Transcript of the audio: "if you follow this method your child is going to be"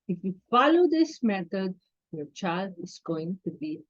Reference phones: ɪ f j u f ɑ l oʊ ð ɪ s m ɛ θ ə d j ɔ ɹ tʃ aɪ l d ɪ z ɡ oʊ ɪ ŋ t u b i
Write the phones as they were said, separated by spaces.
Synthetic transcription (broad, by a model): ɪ f j u f ɑ l oʊ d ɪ s m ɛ t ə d j ɔ ɹ tʃ aɪ l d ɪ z ɡ oʊ ɪ ŋ t u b i